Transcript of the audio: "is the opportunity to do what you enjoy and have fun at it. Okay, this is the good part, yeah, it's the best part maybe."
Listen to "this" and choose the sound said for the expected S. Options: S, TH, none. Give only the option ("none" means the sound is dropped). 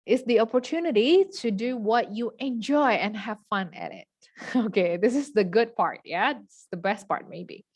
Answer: S